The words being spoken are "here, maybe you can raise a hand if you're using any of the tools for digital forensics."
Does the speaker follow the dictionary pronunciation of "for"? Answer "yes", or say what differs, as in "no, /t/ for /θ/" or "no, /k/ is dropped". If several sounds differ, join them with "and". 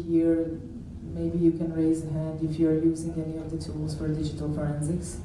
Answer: yes